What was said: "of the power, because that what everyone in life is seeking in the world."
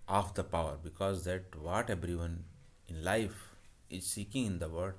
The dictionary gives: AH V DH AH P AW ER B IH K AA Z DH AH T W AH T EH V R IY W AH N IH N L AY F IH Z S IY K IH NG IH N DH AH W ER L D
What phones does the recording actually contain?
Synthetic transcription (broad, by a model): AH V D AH P AW ER B IH K AA Z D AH T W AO T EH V R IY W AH N IH N L AY F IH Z S IY K IH NG IH N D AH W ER D